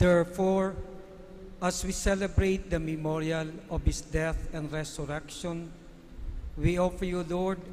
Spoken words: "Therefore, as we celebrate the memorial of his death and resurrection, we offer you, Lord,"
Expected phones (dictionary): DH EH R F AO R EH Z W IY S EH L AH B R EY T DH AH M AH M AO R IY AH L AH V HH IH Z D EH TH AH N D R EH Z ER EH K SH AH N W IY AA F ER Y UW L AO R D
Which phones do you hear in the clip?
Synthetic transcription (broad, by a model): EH R F AO R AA S W IY S EH L AH B R EY T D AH M AH M AO R IY AH L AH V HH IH S D EH TH AH N D R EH S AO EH K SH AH N W IY AA F ER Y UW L AO R D